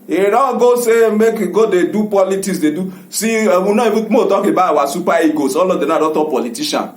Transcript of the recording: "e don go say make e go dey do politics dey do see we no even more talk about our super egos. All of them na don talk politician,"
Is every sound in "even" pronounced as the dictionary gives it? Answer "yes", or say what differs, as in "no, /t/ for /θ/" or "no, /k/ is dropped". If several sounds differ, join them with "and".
no, /b/ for /v/